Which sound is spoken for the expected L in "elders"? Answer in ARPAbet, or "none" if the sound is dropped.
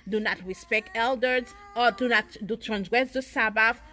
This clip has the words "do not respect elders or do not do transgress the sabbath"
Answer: L